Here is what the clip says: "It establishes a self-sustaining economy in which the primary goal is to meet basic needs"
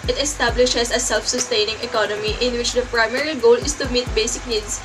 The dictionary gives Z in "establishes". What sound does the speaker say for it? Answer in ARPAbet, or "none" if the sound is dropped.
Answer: S